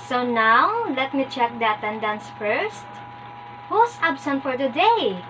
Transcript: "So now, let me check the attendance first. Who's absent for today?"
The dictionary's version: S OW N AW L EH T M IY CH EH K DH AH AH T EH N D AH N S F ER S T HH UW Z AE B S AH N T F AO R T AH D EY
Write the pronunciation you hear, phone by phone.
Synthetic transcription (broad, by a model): S OW N AW L EH T M IY CH EH K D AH AH T EH N D AH N S F ER S T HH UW S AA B S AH N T F AO R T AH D EY